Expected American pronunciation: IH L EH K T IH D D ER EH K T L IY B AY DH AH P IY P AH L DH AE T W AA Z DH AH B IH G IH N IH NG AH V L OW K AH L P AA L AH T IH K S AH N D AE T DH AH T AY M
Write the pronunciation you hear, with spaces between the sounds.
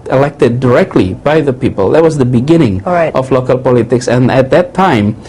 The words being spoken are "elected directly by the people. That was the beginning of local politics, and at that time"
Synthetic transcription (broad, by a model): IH L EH K T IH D D ER EH K T L IY B AY DH AH P IY P AH L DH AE T W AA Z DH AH B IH G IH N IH NG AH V L OW K AH L P AA L AH T IH K S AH N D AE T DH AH T AY M